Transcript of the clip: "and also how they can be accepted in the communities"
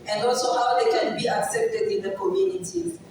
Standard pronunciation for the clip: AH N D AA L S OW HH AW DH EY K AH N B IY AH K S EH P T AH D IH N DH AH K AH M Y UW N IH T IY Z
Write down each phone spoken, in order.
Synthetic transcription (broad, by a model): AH N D AA L S OW HH AW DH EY K AH N B IY AH K S EH P T AH D IH N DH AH K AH M Y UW N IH T IY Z